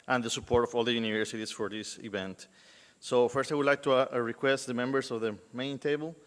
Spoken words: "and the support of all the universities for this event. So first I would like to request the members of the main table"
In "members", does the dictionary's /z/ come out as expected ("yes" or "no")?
no